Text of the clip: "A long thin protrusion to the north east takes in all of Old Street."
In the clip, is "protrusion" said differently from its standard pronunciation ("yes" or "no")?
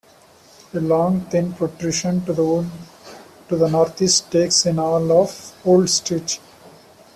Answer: yes